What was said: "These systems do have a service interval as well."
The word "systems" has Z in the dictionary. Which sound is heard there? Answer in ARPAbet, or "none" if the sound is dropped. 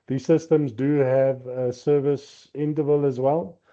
Z